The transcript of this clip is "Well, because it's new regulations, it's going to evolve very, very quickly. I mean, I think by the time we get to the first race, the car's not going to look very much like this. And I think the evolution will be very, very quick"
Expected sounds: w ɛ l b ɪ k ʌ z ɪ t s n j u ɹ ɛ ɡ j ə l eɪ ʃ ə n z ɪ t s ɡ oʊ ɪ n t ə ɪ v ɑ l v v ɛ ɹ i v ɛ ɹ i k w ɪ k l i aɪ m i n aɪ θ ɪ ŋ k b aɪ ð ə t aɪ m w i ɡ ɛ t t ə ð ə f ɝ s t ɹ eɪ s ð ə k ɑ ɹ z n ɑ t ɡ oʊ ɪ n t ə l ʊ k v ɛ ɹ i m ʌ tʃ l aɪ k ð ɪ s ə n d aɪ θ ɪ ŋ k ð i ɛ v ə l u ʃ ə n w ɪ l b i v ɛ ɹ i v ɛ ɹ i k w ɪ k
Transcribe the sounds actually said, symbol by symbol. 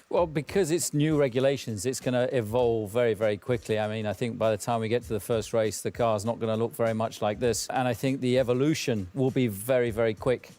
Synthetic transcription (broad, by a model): w ɛ l b ɪ k ʌ z ɪ t s n j u ɹ ɛ ɡ j ə l eɪ ʃ ə n z ɪ t s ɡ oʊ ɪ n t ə ɪ v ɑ l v v ɛ ɹ i v ɛ ɹ i k w ɪ k l i aɪ m i n aɪ θ ɪ ŋ k b aɪ ð ə t aɪ m w i ɡ ɛ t t ə ð ə f ɝ s t ɹ eɪ s ð ə k ɑ ɹ z n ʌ t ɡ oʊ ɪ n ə l ʊ k v ɛ ɹ i m ʌ tʃ l aɪ k ð ɪ s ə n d aɪ θ ɪ ŋ k ð i ɛ v ə l u ʃ ə n w ɪ l b i v ɛ ɹ i v ɛ ɹ i k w ɪ k